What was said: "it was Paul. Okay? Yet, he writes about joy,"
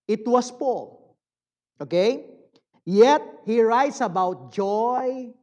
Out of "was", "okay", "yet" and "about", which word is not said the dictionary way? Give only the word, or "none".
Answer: was